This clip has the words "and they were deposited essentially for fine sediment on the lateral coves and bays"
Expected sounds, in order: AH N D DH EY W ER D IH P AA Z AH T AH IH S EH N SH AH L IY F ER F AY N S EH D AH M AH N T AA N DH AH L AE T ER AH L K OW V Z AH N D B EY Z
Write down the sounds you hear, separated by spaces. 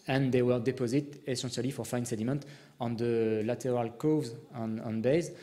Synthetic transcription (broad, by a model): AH N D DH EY W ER D IH P AA Z AH T AH S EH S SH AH L IY F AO F AY N S EH D AH M AH N T AA N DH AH L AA T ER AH L K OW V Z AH N B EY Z